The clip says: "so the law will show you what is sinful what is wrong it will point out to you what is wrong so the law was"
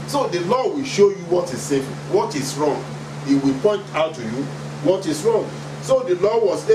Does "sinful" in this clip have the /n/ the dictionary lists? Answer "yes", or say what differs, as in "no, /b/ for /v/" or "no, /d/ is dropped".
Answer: no, /n/ is dropped